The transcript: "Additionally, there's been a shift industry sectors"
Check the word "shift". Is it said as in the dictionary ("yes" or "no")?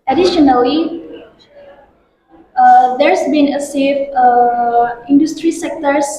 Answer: no